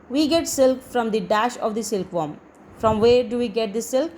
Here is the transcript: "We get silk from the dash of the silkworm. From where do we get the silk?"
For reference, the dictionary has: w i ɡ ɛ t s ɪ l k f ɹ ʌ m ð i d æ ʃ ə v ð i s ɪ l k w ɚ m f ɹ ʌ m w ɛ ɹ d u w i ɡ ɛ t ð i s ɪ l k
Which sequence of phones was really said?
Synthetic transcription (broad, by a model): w i ɡ ɛ t s ɪ l k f ɹ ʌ m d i d æ ʃ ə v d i s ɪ l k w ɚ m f ɹ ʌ m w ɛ ɹ d u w i ɡ ɛ t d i s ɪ l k